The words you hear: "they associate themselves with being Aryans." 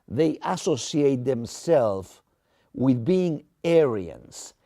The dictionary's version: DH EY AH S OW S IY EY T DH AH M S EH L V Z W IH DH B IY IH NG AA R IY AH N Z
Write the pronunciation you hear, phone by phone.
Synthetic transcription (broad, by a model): DH EY AH S OW S IY EY T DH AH M S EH L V W IH DH B IY IH NG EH R IY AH N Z